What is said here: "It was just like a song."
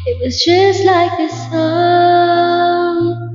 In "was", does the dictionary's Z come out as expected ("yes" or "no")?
yes